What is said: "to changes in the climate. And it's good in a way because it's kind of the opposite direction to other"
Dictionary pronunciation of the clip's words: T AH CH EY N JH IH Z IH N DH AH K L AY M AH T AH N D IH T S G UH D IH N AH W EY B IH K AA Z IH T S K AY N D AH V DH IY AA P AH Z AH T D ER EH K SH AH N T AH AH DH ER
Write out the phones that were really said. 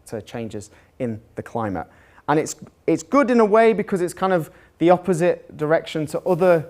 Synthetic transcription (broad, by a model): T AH CH EY N JH IH Z IH N DH AH K L AY M AH T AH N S IH T S G UH D IH N AH W EY B IH K AA Z IH T S K AY N D AH V DH IY AA P AH Z AH T D ER EH K SH AH N T AH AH DH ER